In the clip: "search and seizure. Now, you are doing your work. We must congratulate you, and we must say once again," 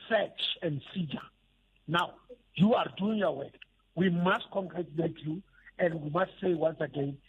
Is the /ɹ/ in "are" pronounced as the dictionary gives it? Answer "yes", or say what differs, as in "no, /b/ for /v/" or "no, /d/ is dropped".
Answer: yes